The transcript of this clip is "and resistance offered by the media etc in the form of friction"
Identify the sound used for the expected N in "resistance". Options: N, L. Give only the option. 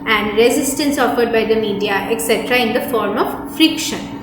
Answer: N